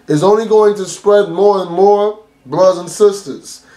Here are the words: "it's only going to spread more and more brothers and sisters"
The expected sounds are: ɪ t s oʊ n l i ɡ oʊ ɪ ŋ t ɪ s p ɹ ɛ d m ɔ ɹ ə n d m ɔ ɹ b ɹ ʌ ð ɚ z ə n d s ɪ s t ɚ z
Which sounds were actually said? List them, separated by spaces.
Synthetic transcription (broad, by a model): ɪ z oʊ n l i ɡ oʊ ɪ ŋ t ɪ s p ɹ ɛ d m ɔ ɹ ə n m ɔ ɹ b l ʌ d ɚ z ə n s ɪ s t ɚ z